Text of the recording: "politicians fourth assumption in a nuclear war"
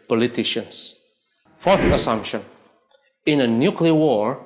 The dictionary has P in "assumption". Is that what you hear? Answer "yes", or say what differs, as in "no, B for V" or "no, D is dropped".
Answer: yes